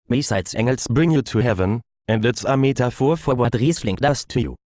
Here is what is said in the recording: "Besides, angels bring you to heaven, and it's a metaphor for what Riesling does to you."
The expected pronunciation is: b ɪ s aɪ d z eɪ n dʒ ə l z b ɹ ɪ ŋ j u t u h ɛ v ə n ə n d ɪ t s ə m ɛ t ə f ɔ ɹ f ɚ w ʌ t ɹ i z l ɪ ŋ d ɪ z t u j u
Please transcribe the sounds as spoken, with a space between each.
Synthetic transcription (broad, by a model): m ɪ s aɪ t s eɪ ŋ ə l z b ɹ ɪ ŋ j u t u h ɛ v ə n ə n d ɪ t s ə m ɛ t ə f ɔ f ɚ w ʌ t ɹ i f l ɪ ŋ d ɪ s t u j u